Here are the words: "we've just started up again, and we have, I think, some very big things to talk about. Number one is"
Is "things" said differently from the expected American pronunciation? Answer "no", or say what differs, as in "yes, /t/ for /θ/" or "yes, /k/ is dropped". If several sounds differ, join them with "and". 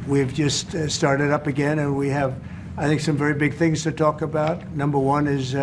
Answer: no